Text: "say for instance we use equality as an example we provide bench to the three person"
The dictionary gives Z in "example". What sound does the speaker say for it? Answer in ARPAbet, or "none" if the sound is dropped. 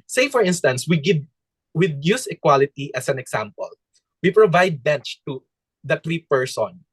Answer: S